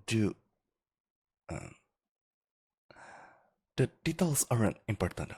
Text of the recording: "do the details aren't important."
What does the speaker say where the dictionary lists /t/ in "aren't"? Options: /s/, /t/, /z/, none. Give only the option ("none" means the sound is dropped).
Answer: none